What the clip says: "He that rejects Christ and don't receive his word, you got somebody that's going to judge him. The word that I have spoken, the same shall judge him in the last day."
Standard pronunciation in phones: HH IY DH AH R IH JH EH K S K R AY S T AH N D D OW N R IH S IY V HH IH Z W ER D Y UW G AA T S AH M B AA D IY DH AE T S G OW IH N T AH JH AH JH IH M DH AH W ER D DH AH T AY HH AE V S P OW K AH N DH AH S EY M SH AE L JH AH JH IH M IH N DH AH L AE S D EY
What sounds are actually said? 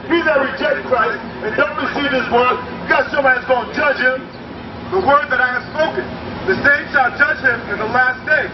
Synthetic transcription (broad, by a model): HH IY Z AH R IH JH EH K K R AY S T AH N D D OW N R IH S IY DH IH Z W ER D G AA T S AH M AA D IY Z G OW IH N JH AH JH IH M DH AH W ER D DH AH T AY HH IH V S P OW K AH N DH AH S EY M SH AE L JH AH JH IH M IH N DH AH L AE S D EY